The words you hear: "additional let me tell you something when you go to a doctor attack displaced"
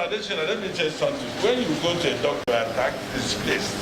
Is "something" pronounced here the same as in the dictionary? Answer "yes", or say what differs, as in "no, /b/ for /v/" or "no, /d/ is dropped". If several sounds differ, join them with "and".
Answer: no, /t/ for /θ/